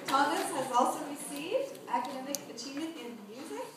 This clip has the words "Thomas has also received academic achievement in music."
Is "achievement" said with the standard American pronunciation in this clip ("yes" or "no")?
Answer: no